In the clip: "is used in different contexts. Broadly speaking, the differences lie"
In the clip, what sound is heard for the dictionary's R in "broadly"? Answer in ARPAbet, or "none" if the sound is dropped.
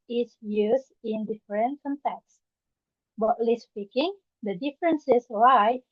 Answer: none